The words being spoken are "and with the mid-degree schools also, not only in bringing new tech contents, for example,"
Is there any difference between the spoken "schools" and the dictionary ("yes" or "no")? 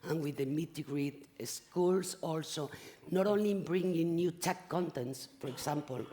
yes